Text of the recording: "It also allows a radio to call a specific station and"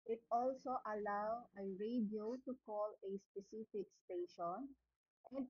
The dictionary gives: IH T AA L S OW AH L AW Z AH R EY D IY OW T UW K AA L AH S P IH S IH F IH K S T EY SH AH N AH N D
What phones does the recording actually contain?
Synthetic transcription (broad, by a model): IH T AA L S OW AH L AW AH R EY D IY OW T UW K AA L AH S P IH S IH F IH K S T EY SH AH N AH N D